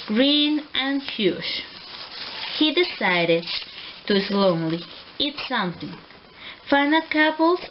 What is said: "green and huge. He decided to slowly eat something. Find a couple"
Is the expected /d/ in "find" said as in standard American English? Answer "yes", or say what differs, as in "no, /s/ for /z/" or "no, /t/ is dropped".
no, /d/ is dropped